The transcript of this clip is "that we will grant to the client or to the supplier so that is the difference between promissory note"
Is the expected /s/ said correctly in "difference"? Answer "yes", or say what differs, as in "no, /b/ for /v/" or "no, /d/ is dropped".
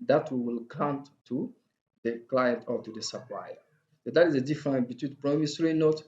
no, /s/ is dropped